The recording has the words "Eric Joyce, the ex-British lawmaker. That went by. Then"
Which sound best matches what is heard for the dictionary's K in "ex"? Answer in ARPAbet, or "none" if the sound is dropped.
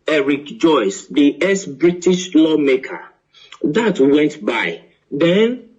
none